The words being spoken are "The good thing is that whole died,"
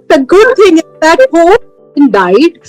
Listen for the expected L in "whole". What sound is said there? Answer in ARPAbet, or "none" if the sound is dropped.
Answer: N